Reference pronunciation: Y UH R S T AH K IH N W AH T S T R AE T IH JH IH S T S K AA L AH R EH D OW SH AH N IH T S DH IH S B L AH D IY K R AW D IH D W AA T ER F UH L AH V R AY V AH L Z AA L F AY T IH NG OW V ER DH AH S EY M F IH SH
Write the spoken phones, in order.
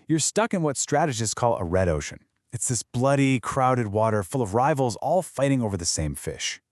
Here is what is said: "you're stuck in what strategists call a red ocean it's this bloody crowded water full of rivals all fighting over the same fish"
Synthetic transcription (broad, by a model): Y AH R S T AH K IH N W AH T S T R AE T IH JH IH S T K AA L AH R EH D OW SH AH N IH T S DH IH S B L AH D IY K R AW D IH D W AA T ER F UH L AH V R AY V L Z AA L F AY T IH NG OW V ER DH AH S EY M F IH SH